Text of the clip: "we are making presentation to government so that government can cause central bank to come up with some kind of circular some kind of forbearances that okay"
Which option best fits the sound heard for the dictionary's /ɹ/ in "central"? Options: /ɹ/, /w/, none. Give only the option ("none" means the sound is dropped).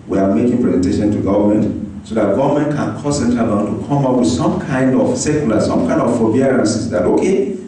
none